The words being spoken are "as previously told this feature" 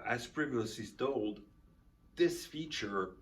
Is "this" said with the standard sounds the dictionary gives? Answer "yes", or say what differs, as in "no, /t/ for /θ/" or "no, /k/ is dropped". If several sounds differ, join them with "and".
yes